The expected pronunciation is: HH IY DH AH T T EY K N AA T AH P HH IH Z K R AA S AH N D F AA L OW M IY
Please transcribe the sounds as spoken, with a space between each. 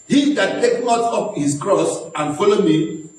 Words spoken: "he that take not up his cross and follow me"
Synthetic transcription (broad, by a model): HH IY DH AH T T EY K N AA T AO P HH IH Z K R AA S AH N F AA L OW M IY